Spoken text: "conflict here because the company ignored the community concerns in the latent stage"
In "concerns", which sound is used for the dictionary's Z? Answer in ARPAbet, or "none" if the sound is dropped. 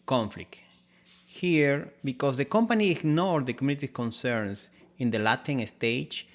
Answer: S